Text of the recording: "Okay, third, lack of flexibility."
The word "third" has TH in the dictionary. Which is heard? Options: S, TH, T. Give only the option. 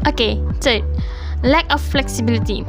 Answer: S